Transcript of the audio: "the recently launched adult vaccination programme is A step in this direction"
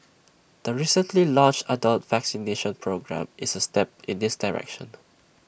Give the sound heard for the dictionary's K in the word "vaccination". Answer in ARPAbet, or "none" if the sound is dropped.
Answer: K